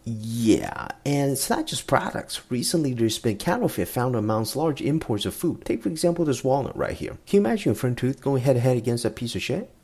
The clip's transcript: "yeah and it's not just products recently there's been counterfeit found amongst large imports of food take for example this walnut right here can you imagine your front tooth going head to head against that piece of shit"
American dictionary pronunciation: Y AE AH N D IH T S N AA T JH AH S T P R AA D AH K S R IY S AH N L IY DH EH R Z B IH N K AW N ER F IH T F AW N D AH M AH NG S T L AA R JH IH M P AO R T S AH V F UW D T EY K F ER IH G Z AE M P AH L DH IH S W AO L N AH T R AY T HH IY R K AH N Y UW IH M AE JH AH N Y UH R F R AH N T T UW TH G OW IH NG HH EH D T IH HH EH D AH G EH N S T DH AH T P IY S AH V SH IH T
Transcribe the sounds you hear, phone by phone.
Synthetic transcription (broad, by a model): Y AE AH N IH T S N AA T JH AH S P R AA D AH K S R IY S AH N L IY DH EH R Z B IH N K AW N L F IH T F AW N D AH M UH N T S L AA R JH IH M P AO R T S AH V F UW D T EY K F ER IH G Z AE M P L DH IH S W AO L AH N R AY T HH IY R K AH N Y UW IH M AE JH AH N F R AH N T T UW TH G OW IH NG HH EH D T IH HH EH D AH G EH N S T DH AH T P IY S AH V SH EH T